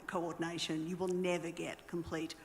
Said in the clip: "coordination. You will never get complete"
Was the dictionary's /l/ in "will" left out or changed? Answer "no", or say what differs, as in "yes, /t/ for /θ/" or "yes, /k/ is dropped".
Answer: no